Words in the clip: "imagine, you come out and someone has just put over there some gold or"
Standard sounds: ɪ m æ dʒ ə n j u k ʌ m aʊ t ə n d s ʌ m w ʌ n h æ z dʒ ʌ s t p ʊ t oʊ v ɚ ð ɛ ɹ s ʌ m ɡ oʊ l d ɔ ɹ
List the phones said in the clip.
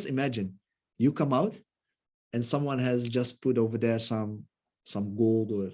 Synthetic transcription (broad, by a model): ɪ m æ dʒ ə n j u k ʌ m aʊ t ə n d s ʌ m w ʌ n h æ z dʒ ʌ s t p ʊ t oʊ v ɚ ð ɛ ɹ s ʌ m ɡ oʊ l d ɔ ɹ